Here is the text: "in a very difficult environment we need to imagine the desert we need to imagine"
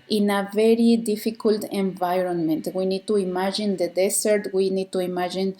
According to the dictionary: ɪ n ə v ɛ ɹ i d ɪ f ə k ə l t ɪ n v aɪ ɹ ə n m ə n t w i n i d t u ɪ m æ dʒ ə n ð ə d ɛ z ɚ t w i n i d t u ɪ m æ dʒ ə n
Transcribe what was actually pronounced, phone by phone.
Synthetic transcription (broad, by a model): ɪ n ə v ɛ ɹ i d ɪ f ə k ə l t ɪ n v aɪ ɹ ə n m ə n t w i n i d t u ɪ m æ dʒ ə n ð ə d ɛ s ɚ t w i n i d t u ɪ m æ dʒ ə n